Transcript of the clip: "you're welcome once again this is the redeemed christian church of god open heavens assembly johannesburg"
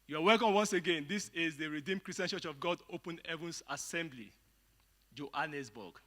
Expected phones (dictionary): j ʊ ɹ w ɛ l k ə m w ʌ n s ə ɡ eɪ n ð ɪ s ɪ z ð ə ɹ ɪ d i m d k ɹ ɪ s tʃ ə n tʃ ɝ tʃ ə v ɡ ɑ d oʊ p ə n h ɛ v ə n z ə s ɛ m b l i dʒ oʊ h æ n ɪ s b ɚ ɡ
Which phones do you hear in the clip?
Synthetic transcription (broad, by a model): j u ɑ w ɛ k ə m w ʌ n s ə ɡ eɪ n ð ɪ s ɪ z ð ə ɹ ɪ d i m d k ɹ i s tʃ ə n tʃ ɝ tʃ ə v ɡ ɑ d oʊ p ə n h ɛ v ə n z ə s ɛ m b l i dʒ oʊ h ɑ n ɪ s b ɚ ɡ